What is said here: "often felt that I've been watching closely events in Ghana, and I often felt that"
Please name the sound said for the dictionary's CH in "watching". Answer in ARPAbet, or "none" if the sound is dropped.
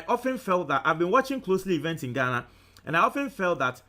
CH